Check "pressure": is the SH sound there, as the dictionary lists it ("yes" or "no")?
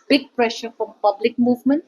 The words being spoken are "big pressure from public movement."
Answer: yes